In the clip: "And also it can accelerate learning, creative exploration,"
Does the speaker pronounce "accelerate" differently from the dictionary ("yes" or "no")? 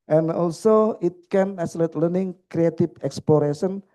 yes